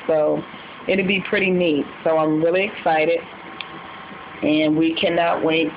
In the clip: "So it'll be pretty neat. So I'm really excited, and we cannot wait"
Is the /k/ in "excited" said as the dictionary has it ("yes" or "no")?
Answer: yes